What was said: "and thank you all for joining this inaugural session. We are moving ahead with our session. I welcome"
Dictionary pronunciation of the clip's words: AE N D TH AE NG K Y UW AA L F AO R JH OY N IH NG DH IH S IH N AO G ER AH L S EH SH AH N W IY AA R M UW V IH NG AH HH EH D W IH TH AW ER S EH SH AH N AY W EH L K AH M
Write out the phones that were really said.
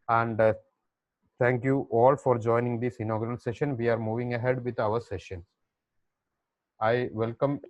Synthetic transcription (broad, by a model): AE N D T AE NG K Y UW AA L F AO R JH OY N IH NG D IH S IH N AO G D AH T S EH SH AH N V IY AA R M UW V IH NG AH HH EH D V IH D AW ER S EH SH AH N AY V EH L K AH M